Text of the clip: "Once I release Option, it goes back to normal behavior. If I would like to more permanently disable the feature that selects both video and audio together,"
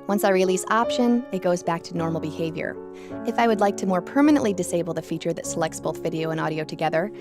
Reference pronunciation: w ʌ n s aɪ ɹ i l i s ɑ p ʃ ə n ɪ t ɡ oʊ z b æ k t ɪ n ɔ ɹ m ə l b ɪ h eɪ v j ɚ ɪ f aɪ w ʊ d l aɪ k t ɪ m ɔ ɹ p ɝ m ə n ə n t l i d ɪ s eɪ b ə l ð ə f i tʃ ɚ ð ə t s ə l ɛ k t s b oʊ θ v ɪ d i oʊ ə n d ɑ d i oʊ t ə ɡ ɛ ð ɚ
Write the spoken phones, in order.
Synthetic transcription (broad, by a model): w ʌ n s aɪ ɹ i l i s ɑ p ʃ ə n ɪ t ɡ oʊ z b æ k t ɪ n ɔ ɹ m l b ɪ h eɪ v j ɚ ɪ f aɪ w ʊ d l aɪ k t ɪ m ɔ ɹ p ɝ m ə n ə n t l i d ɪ s eɪ b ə l ð ə f i tʃ ɚ ð ə t s ə l ɛ k t s b oʊ θ v ɪ d i oʊ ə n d ɑ d i oʊ t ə ɡ ɛ ð ɚ